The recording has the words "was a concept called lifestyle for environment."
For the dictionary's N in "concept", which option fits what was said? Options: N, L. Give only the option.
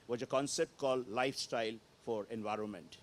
N